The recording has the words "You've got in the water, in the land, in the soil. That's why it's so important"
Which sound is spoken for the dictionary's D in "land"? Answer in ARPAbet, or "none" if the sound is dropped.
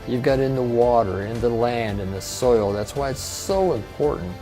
D